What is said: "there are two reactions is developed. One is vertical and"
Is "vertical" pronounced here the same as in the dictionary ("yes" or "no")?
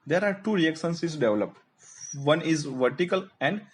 yes